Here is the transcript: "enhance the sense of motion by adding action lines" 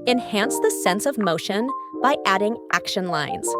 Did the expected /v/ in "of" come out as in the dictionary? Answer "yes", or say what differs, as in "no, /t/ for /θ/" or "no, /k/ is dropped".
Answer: yes